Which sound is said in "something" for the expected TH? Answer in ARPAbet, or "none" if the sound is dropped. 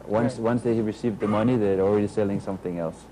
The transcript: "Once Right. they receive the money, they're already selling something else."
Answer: TH